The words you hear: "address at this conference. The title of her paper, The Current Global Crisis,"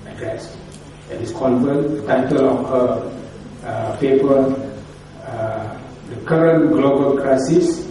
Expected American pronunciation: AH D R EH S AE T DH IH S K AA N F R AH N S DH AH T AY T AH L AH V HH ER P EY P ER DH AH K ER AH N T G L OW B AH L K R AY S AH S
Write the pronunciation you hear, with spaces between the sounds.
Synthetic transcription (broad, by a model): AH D R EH S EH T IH S K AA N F AH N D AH T AY T AH L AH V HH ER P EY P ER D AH K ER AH N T G L OW B AH L K R AY S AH S